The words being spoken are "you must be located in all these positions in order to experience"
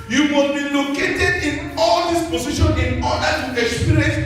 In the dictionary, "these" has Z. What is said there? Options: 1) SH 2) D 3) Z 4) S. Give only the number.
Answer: 4